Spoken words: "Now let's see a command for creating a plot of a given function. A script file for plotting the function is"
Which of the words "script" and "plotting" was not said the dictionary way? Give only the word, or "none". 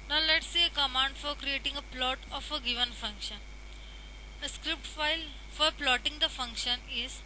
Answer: none